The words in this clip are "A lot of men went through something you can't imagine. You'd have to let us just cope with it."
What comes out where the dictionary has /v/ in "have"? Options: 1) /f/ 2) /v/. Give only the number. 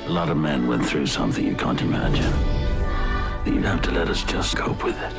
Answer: 1